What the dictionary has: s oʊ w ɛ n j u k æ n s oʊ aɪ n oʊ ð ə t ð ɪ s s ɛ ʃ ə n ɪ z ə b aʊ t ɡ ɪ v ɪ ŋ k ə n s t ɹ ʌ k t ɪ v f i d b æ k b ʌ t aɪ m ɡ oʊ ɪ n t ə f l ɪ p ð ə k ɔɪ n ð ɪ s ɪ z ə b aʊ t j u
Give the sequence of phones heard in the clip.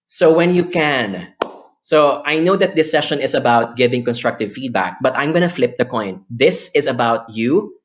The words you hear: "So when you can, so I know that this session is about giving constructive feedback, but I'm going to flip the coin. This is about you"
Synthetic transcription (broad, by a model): s oʊ w ɛ n j u k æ n s oʊ aɪ n oʊ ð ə t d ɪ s s ɛ ʃ ə n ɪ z ə b aʊ t ɡ ɪ v ɪ ŋ k ə n s t ɹ ʌ k t ɪ v f i d b æ k b ʌ t aɪ m ɡ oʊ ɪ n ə f l ɪ p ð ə k ɔɪ n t ɪ s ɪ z ə b aʊ t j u